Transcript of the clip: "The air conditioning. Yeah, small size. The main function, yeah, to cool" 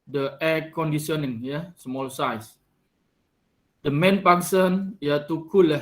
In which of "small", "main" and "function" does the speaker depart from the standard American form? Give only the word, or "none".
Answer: function